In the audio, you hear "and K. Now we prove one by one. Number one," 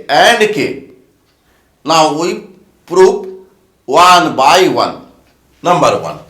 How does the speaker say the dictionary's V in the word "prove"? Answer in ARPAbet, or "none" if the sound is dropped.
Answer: P